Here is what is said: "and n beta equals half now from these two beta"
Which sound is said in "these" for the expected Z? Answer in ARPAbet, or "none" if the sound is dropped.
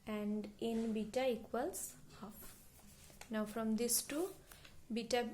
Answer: S